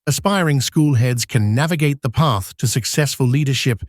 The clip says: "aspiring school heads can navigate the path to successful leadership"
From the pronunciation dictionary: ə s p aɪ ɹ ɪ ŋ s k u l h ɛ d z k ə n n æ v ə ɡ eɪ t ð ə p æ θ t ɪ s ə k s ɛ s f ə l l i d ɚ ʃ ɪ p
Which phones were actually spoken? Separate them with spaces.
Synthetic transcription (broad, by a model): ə s p aɪ ɹ ɪ ŋ s k u l h ɛ d z k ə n n æ v ə ɡ eɪ t ð ə p æ θ t ɪ s ə k s ɛ s f ə l l i d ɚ ʃ ɪ p